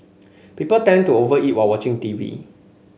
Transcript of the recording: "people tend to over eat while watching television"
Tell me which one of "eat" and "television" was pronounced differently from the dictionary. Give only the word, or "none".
television